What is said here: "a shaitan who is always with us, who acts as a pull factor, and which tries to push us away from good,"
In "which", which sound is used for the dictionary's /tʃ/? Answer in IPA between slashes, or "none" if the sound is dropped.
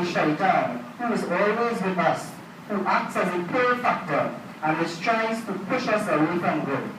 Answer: /s/